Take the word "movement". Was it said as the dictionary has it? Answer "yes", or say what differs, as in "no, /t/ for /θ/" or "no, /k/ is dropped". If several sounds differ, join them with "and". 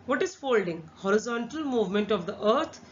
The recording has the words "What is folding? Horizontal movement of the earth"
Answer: yes